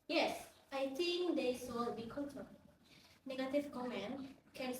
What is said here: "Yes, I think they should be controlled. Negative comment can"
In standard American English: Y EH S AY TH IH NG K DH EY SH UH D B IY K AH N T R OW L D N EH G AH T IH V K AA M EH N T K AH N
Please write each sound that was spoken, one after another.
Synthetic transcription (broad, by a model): Y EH S AY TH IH NG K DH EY S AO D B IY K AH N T OW N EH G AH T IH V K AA M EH N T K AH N